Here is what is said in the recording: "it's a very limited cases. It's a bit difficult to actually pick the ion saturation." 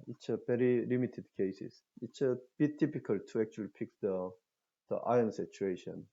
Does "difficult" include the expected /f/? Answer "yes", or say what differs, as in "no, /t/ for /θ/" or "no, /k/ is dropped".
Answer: no, /p/ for /f/